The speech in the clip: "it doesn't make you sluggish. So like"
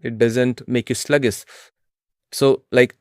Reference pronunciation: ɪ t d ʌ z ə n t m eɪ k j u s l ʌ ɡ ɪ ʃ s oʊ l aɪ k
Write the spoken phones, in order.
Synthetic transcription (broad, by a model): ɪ t d ʌ z ə n t m eɪ k j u s l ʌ ɡ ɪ s s oʊ l aɪ k